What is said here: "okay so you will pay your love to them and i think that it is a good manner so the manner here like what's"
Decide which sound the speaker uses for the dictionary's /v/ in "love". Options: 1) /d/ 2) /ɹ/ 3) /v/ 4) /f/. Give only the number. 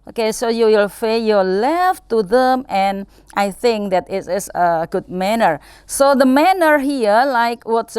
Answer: 4